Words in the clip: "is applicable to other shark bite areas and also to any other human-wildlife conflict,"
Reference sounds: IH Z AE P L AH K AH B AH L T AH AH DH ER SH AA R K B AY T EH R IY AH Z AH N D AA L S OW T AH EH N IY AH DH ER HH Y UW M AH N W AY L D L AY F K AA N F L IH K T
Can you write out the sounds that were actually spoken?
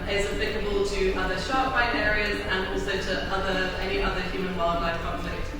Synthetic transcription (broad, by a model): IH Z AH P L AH K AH B AH L T AH AH DH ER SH AA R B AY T EH R IY AH Z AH N AA L S OW T AH EH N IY AH DH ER HH Y UW M AH N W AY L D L AY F K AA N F L IH K T